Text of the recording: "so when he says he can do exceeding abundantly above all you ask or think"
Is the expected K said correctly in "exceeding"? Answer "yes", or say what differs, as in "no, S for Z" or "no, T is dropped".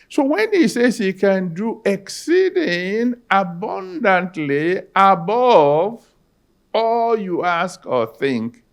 yes